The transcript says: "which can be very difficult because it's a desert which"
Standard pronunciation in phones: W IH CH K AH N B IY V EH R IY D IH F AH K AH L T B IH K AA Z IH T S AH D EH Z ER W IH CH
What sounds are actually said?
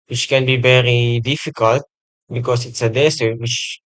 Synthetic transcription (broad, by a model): W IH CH K AH N B IY V EH R IY D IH F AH K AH L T B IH K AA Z IH T S AH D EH S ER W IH CH